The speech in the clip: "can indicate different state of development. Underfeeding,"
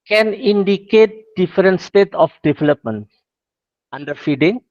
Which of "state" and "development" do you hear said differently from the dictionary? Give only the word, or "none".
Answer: none